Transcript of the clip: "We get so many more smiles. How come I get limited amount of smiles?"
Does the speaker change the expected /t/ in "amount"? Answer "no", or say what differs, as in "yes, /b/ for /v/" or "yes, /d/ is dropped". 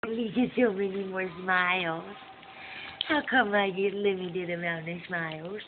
yes, /t/ is dropped